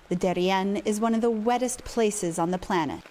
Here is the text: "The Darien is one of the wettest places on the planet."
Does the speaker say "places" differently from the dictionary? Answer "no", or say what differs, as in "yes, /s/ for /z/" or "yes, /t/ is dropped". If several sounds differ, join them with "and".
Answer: no